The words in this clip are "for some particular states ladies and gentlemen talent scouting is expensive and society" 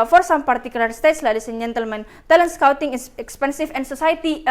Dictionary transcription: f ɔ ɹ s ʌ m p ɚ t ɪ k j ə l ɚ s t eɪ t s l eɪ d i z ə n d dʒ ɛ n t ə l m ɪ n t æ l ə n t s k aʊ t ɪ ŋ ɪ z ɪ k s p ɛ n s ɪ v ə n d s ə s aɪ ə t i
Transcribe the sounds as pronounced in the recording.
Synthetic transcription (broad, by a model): f ɔ ɹ s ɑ m p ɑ t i k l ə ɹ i s t eɪ t s l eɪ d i s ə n dʒ ɛ n t ə l m ɪ n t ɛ l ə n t s k aʊ t ɪ ŋ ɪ k s p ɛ n s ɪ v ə n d s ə s aɪ t i